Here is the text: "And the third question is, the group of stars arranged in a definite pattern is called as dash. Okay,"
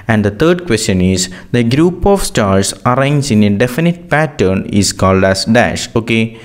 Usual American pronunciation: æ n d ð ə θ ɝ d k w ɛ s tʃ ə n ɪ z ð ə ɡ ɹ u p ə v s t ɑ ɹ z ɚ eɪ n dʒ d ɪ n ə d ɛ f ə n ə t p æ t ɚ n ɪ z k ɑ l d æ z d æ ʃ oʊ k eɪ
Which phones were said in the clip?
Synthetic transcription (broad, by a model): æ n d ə t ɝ d k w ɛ s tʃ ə n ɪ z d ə ɡ ɹ u p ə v s t ɑ ɹ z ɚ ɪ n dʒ ɪ n ə d ɛ f ə n ə t p æ t ɚ n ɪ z k ɑ l d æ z d æ ʃ oʊ k eɪ